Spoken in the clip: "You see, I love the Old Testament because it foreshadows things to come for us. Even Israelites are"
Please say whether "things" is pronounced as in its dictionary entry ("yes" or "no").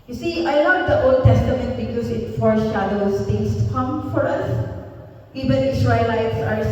no